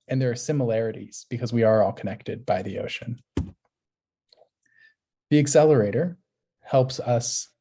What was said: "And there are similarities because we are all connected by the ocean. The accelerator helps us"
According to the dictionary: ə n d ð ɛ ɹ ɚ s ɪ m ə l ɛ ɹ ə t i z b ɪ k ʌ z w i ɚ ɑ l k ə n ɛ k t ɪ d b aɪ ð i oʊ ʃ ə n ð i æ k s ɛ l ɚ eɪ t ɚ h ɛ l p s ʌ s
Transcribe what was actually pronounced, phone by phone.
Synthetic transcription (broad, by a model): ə n ð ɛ ɹ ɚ s ɪ m ə l ɛ ɹ ə t i z b ɪ k ʌ z w i ɚ ɑ l k ə n ɛ k t ɪ d b aɪ ð i oʊ ʃ ə n ð i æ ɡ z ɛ l ɚ eɪ t ɚ h ɛ l p s ʌ s